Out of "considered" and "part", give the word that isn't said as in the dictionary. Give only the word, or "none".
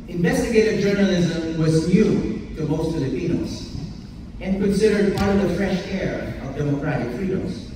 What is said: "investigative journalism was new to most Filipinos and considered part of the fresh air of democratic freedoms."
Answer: none